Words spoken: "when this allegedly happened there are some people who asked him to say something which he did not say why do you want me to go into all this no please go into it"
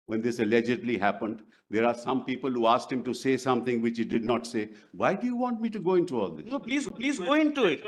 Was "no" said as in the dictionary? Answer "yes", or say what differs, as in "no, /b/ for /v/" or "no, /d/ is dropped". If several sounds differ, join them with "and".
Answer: no, /l/ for /n/